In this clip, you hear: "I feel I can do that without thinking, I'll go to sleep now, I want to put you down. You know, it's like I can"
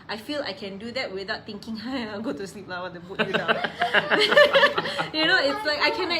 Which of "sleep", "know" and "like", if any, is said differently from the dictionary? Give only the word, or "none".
none